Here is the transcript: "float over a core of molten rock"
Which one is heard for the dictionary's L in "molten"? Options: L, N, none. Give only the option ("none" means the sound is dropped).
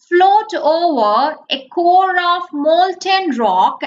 L